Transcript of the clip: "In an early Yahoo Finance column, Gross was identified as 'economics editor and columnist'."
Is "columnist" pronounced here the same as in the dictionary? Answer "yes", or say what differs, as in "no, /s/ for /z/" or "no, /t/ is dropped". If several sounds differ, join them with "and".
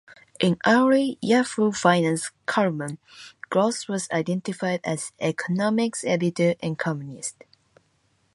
no, /m/ is dropped